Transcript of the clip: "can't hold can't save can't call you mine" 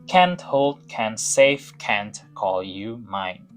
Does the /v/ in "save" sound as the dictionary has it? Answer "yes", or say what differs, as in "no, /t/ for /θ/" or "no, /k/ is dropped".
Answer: no, /f/ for /v/